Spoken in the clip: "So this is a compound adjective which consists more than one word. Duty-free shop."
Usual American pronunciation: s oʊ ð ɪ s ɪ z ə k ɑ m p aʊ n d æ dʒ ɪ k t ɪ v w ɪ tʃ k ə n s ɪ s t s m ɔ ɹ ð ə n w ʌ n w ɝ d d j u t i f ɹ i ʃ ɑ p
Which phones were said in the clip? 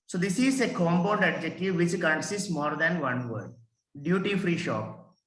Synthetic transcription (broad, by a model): s oʊ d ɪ s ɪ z ə k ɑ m b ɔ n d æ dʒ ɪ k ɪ v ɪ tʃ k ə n s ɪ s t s m ɔ ɹ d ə n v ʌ n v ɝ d d j u t i f ɹ i ʃ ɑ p